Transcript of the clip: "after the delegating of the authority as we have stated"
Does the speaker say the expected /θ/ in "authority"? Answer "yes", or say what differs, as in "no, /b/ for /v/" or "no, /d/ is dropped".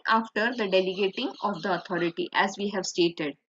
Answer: no, /t/ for /θ/